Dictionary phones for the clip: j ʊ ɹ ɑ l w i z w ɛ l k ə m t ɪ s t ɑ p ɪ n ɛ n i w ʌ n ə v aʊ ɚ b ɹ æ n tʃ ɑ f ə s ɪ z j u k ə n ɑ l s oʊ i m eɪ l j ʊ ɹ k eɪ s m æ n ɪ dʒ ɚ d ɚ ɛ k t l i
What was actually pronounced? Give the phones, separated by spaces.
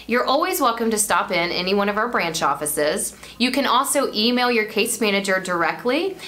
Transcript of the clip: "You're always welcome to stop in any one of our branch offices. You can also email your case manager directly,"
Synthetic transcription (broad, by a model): j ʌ ɹ ɑ l w i z w ɛ l k ə m t ɪ s t ɑ p ɪ n ɛ n i w ʌ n ə v aʊ ɚ b ɹ æ n tʃ ɑ f ə s ɪ z j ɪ k ə n ɑ l s oʊ i m eɪ l j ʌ ɹ k eɪ s m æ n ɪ dʒ ɚ d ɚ ɛ k t l i